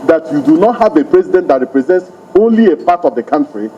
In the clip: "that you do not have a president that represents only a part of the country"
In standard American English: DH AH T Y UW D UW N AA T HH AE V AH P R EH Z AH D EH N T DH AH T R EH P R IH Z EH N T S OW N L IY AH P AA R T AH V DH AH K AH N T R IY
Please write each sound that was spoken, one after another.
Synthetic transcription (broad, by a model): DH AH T Y UW D UW N AA T HH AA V AH P R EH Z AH D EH N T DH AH T R EH P R IH Z EH N T S OW N L IY AH P AA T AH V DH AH K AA N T R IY